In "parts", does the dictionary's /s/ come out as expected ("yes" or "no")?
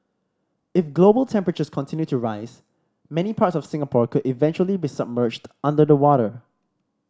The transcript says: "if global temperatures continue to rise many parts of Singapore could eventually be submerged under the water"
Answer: yes